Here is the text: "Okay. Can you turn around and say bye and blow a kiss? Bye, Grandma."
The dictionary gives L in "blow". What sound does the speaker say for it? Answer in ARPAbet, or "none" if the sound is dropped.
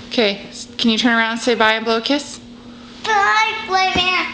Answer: L